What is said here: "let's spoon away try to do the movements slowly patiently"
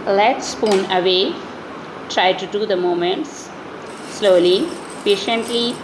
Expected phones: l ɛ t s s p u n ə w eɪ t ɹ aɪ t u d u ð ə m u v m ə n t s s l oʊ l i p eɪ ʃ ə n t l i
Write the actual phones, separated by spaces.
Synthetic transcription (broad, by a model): l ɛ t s s p u n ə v eɪ t ɹ aɪ t u d u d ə m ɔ m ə n t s s l oʊ l i p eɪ ʃ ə n t l i